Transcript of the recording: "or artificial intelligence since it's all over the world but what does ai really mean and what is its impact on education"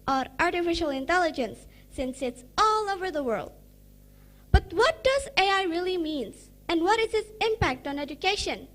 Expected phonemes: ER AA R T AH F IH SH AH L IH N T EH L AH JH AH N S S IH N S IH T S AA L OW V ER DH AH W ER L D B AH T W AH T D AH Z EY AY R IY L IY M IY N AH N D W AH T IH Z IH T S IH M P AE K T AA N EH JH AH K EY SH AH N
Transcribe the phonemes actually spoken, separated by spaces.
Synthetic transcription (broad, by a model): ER AA R T AH F IH SH AH L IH N T EH L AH JH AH N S S IH N S IH T S AA L OW V ER DH AH W ER L D B AH T W AH T D AH Z EY AY R IY L IY M IY N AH N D W AH T IH Z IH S IH M P AE K T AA N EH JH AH K EY SH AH N